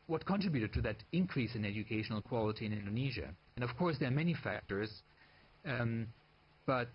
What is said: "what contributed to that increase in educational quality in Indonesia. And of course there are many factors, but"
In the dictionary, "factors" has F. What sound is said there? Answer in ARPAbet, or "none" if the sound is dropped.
F